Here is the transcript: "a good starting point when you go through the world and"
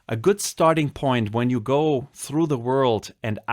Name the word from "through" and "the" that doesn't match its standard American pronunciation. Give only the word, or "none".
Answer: none